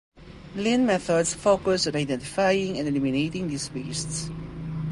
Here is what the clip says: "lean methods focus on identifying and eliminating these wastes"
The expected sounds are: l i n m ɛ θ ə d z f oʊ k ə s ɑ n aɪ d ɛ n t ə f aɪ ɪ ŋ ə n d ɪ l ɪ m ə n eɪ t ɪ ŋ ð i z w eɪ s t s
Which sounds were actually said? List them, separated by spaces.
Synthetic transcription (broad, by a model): l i n m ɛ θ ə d s f oʊ k ə s ɑ n aɪ d ɛ n t ə f aɪ ɪ ŋ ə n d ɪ l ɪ m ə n eɪ t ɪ ŋ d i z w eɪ s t s